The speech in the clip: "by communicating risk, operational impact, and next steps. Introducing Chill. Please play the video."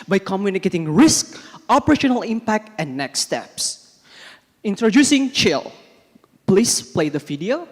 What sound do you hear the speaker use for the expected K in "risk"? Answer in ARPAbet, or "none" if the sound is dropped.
K